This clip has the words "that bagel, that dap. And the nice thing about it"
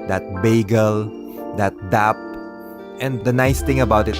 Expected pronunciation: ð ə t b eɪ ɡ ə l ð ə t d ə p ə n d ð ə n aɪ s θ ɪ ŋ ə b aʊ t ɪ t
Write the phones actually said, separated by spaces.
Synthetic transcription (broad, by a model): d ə t b eɪ ɡ ə l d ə t d ə p ə n d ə n aɪ s t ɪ ŋ ə b aʊ t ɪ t